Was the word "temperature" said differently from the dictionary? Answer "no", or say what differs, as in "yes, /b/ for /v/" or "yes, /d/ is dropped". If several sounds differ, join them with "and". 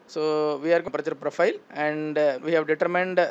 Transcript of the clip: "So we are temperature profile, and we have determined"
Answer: yes, /m/ is dropped